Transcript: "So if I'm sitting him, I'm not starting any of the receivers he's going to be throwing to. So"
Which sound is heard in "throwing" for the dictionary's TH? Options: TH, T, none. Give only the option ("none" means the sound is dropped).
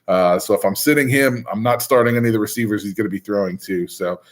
TH